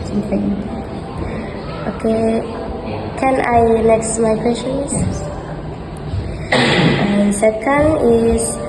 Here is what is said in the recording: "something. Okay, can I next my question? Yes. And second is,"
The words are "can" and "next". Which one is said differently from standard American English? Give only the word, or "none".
next